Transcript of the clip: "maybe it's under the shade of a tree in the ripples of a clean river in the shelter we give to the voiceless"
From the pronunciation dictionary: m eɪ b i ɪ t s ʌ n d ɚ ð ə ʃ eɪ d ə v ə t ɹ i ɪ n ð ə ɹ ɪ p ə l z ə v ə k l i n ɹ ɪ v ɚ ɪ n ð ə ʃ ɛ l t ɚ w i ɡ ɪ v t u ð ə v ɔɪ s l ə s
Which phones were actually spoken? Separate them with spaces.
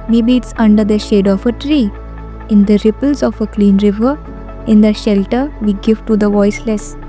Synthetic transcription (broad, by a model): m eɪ b i ɪ t s ʌ n d ɚ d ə ʃ eɪ d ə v ə t ɹ i ɪ n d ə ɹ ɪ p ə l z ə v ə k l i n ɹ ɪ v ɚ ɪ n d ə ʃ ɛ l t ɚ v i ɡ ɪ v t u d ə v ɔɪ s l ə s